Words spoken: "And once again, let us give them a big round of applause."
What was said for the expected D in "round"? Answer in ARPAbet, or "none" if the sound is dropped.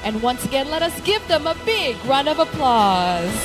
none